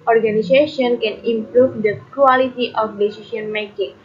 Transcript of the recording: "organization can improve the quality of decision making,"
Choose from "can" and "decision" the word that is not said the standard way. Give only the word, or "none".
decision